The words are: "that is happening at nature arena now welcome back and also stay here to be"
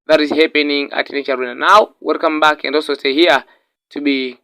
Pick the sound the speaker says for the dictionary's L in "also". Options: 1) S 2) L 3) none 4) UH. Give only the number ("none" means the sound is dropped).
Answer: 3